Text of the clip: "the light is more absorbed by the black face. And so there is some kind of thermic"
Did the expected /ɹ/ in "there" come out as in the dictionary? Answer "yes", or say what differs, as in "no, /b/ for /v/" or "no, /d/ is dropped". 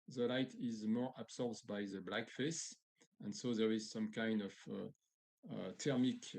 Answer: yes